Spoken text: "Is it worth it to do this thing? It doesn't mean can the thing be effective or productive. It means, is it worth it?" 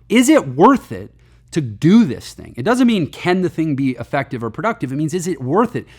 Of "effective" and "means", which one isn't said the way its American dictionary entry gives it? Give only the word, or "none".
none